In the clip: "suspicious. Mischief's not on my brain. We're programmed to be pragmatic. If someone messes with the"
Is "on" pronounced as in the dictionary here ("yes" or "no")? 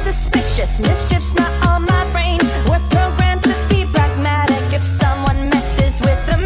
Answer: no